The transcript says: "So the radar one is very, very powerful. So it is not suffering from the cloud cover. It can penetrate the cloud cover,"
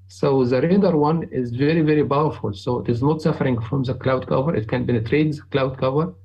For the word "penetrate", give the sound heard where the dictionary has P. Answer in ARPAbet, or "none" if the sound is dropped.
B